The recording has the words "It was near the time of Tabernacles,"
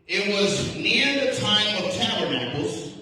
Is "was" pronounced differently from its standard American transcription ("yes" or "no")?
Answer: no